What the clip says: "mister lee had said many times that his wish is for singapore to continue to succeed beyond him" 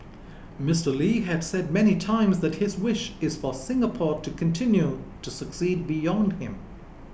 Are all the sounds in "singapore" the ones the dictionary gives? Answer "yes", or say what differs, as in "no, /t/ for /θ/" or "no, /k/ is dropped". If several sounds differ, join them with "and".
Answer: yes